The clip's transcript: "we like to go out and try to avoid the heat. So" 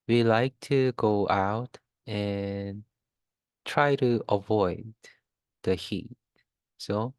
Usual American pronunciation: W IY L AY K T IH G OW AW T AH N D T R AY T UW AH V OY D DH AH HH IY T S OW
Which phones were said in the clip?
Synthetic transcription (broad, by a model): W IY L AY K T IH G OW AW T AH N T R AY T UW AH V OY D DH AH HH IY T S OW